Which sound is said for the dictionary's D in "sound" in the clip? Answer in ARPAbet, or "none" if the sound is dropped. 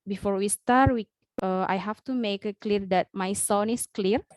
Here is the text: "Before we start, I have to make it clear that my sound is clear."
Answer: none